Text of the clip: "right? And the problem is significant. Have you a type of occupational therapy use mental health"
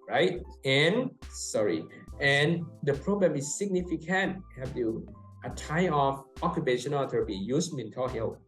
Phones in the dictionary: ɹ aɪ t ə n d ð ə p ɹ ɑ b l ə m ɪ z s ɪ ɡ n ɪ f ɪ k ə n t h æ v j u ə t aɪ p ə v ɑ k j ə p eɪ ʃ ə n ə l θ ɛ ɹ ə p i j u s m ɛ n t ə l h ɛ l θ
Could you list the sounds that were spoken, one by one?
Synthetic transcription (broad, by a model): ɹ aɪ t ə n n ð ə p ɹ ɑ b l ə m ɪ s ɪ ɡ n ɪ f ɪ k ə n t h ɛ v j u ə t aɪ ə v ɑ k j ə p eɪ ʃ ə n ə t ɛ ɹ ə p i j u s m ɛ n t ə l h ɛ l